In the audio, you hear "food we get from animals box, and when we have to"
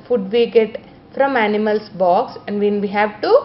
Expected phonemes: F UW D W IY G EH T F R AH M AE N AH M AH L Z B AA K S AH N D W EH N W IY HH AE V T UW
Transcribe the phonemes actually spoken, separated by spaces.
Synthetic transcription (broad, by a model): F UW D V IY G EH T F R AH M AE N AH M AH L S B AA K S AH N D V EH N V IY HH AE V T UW